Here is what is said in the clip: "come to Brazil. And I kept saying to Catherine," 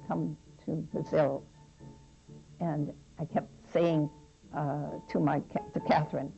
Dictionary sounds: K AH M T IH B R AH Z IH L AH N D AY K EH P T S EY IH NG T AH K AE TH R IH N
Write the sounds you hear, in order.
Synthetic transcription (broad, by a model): K AH M T IH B AH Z IH L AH N AY K EH P T S EY IH NG T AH K AE TH R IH N